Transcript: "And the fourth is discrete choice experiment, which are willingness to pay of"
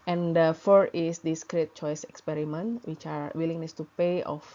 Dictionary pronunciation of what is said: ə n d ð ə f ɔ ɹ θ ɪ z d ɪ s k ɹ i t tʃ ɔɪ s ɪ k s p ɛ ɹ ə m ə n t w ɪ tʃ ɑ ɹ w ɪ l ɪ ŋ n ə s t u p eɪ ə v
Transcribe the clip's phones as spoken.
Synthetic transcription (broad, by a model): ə n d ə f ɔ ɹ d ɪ s d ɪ s k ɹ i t tʃ ɔɪ s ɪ k s p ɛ ɹ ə m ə n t w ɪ tʃ ɑ ɹ w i l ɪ ŋ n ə s t u p eɪ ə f